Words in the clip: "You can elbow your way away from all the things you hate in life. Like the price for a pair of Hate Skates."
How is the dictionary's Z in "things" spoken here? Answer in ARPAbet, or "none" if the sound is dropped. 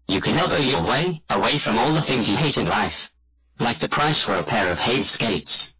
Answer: Z